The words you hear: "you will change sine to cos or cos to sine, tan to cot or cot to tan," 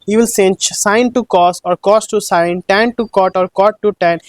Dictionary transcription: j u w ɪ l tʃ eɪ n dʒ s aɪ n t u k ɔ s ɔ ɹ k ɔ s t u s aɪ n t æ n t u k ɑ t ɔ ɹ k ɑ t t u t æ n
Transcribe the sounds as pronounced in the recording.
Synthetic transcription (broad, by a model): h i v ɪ l s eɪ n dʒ s aɪ n t u k ɔ s ɔ ɹ k ɔ s t u s aɪ n t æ n t u k ɑ t ɔ ɹ k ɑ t t u t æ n